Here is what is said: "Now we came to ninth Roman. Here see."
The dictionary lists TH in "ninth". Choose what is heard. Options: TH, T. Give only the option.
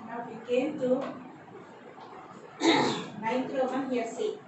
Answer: T